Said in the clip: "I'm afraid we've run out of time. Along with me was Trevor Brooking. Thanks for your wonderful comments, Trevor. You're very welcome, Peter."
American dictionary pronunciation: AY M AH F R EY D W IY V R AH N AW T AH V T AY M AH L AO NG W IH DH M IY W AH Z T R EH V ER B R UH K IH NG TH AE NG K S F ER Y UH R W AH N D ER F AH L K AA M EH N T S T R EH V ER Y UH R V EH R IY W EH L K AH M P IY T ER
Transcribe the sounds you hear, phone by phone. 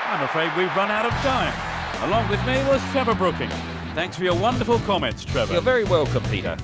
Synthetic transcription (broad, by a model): AY M AH F R EY D W IY V R AH N AW T AH V T AY M AH L AO NG W IH DH M IY W AH Z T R EH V ER B R UH K IH NG TH AE NG K S F ER Y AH R W AH N D ER F L K AA M EH N T S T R EH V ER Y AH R V EH R IY W EH L K AH M P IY T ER